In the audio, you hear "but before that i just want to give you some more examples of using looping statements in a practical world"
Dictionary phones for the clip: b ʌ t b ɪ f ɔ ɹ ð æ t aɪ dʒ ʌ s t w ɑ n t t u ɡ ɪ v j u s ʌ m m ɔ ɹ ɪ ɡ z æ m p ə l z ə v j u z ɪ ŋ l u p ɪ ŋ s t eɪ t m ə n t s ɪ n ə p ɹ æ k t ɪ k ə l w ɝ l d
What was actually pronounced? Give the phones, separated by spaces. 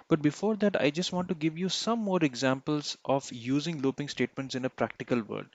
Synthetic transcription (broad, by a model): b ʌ t b ɪ f ɔ ɹ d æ t aɪ dʒ ʌ s t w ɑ n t t u ɡ ɪ v j u s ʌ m m ɔ ɹ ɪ ɡ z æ m p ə l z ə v j u z ɪ ŋ l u p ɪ ŋ s t eɪ t m ə n t s ɪ n ə p ɹ æ k t ɪ k ə l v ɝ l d